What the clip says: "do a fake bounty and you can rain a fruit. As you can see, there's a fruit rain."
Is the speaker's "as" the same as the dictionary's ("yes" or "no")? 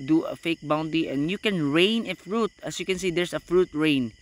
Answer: no